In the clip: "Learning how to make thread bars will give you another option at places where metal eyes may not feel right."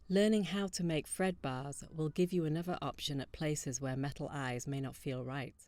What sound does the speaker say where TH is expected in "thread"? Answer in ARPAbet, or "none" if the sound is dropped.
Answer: F